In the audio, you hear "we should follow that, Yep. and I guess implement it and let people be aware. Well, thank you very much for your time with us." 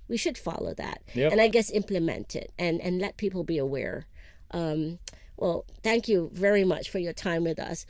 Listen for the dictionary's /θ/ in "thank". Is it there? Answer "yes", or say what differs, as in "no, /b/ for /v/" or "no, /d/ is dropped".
yes